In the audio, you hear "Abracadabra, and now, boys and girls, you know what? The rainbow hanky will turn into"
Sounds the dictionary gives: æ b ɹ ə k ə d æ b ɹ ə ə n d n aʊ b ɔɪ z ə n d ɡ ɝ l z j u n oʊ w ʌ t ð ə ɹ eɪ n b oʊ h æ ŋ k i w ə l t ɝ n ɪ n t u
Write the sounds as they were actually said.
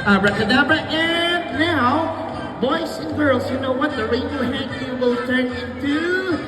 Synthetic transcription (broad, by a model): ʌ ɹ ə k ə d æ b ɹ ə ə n n aʊ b ɔɪ s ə n ɡ ɝ l z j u n oʊ w ʌ t ð ə ɹ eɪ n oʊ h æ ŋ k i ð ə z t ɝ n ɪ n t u